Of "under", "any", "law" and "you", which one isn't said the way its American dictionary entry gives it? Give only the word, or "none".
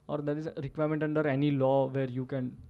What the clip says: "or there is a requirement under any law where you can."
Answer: none